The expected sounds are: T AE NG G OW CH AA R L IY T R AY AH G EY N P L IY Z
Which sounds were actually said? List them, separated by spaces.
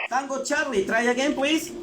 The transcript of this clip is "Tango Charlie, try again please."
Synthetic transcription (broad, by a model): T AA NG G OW CH AA R L IY T R AY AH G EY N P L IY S